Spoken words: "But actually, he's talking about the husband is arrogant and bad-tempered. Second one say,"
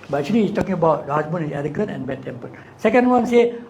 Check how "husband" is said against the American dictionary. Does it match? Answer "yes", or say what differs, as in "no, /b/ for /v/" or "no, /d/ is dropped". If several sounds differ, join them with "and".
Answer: no, /d/ is dropped